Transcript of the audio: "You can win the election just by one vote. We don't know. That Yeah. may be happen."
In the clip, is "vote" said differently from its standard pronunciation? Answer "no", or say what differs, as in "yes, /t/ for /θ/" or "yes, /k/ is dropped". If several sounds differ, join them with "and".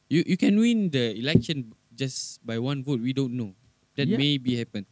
no